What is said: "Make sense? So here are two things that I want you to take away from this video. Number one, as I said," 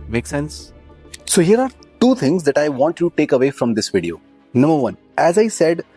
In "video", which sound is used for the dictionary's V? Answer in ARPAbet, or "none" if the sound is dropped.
V